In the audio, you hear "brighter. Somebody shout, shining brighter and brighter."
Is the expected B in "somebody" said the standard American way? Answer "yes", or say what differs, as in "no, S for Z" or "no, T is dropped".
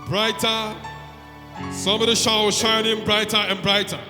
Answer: no, B is dropped